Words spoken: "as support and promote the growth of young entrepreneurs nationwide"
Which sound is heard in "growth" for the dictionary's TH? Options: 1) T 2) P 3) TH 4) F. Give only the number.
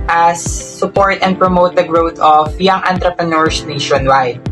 1